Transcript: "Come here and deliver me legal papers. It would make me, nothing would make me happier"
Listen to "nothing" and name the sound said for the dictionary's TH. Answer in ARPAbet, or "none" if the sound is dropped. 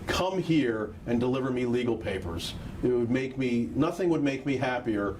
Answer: TH